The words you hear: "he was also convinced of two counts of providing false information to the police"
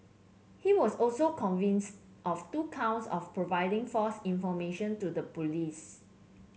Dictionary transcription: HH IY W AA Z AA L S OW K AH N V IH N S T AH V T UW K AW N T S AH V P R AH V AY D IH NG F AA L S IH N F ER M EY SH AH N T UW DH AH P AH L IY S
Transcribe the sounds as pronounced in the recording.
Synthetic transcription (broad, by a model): HH IY W AA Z AA L S OW K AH N V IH N S T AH F T UW K AW N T S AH F P R AH V AY D IH NG F AA S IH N F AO M EY SH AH N T UW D AH P AH L IY S